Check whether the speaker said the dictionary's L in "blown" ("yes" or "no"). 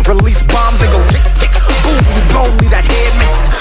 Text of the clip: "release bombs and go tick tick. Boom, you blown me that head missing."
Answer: no